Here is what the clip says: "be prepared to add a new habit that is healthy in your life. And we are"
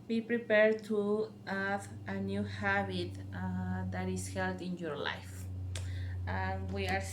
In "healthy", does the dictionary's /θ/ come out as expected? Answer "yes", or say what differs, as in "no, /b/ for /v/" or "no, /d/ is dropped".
no, /t/ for /θ/